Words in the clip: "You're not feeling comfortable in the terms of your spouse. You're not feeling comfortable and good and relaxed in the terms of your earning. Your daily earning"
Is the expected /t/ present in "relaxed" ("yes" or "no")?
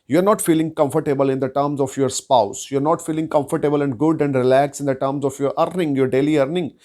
no